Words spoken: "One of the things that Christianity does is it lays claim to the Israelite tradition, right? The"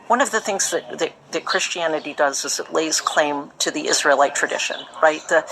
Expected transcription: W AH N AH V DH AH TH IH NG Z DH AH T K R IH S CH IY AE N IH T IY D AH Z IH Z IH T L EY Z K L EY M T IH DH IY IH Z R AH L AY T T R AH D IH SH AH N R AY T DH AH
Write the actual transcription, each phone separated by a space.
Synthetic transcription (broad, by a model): W AH N AH V DH AH TH IH NG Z DH AH T K R IH S CH IY AE N IH T IY D AH Z IH Z IH T L EY Z K L EY M T IH DH IY IH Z R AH L AY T T R AH D IH SH AH N R AY T DH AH